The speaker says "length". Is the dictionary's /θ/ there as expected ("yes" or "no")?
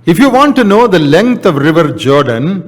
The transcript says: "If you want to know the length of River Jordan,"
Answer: no